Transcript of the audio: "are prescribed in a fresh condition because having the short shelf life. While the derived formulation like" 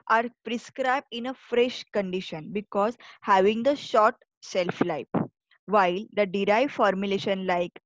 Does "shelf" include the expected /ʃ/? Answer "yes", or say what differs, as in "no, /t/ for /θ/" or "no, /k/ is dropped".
no, /s/ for /ʃ/